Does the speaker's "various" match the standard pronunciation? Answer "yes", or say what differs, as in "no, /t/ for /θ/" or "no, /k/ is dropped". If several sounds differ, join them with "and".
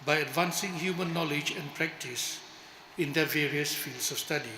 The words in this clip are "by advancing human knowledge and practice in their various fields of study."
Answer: yes